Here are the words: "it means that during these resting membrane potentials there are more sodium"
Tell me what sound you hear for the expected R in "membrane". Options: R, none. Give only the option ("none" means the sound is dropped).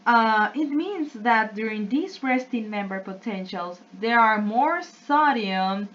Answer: none